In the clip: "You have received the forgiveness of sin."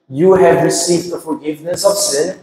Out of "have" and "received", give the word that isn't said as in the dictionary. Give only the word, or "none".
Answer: none